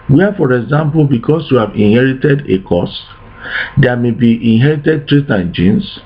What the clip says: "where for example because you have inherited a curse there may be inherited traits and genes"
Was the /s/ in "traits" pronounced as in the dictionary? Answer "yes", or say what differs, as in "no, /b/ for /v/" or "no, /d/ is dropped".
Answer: no, /s/ is dropped